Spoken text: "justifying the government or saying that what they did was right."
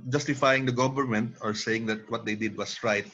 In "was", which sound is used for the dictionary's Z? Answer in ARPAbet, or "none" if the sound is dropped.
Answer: S